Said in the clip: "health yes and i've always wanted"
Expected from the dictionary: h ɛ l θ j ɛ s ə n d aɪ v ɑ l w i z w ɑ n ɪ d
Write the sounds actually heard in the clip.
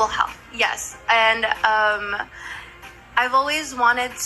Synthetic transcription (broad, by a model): h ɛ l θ j ɛ s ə n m aɪ v ɑ l w i z w ɑ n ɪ d